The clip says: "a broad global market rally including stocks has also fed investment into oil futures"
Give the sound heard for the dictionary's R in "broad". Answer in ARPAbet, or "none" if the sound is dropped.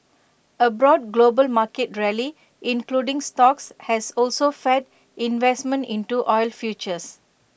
R